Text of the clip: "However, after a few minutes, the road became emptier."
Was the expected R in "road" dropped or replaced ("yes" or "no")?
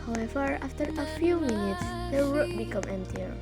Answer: yes